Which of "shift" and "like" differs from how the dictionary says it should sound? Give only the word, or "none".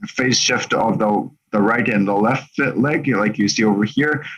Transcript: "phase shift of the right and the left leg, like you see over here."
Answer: none